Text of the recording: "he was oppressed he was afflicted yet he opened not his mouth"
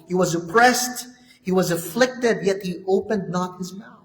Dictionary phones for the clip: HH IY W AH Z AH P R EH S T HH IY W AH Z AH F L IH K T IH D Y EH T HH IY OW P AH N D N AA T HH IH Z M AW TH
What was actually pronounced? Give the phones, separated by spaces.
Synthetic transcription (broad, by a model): HH IY W AH Z AH P R EH S T HH IY W AH Z AH F L IH K T IH D Y EH T HH IY OW P AH N D N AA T HH IH Z M AW